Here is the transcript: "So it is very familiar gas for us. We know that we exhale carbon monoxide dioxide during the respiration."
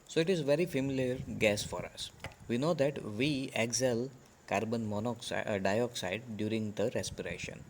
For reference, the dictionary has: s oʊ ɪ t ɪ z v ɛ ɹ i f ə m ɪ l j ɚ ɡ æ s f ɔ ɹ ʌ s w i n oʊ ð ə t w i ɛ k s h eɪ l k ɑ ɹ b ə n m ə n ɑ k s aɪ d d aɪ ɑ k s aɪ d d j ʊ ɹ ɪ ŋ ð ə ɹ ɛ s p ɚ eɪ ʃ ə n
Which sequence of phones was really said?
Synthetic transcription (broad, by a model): s oʊ ɪ t ɪ z v ɛ ɹ i f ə m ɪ l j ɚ ɡ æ s f ɔ ɹ ʌ s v i n oʊ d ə t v i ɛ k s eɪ l k ɑ ɹ b ə n m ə n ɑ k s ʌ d d aɪ ɑ k s aɪ d d j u ɹ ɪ ŋ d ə ɹ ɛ s p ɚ eɪ ʃ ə n